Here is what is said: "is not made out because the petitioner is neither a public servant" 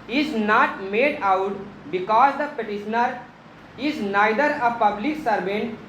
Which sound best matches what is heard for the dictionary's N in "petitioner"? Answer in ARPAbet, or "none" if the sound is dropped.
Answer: N